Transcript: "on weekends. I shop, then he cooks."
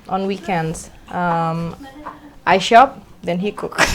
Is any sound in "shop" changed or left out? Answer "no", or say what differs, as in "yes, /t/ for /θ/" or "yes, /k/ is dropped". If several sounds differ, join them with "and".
no